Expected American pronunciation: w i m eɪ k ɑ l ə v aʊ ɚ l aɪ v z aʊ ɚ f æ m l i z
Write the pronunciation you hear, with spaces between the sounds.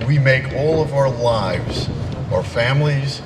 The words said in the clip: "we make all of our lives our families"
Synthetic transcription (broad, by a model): w i m eɪ k ɑ l ə v aʊ ɚ l aɪ v z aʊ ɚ f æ m l i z